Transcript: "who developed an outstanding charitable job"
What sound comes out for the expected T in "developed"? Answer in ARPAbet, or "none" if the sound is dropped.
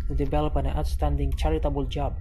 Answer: none